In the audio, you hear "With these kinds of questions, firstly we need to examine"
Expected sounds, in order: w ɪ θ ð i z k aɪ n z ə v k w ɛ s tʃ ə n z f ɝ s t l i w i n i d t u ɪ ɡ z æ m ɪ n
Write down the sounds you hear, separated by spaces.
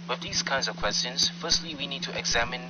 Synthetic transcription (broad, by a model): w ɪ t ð i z k aɪ n z ə v k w ɛ s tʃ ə n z f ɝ s t l i w i n i d t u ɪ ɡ z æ m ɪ n